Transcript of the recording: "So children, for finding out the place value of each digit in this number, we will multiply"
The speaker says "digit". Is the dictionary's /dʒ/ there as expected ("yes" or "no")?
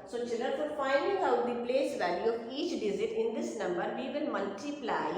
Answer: no